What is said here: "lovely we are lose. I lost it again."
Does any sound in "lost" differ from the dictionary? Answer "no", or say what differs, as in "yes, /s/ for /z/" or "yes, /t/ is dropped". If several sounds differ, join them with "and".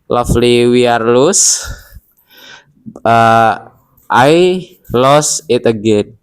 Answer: yes, /t/ is dropped